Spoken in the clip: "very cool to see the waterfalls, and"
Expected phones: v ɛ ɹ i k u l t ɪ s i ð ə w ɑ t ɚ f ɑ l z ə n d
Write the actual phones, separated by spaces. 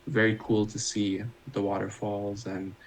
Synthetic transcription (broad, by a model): v ɛ ɹ i k u l t ɪ s i ð ə w ɑ t ɚ f ɑ l z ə n